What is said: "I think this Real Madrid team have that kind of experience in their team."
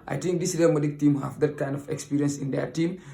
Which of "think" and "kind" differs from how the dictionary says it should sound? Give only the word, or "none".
think